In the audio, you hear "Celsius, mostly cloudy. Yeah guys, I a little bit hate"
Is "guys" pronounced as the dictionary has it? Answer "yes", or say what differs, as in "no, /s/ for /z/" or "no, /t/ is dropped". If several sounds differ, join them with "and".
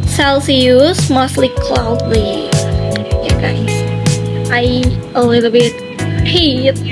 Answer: no, /z/ is dropped